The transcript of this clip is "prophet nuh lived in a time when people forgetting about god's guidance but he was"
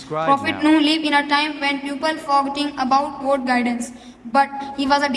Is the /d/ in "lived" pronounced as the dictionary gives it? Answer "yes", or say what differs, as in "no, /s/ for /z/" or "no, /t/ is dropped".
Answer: no, /d/ is dropped